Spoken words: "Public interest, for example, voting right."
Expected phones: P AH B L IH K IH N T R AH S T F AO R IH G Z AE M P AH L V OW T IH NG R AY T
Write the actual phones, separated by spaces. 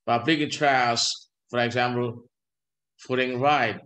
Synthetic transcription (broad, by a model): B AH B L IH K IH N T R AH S F AO R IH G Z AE M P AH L F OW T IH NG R AY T